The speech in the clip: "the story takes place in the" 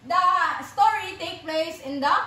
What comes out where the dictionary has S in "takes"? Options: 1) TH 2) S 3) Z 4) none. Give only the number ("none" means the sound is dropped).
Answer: 4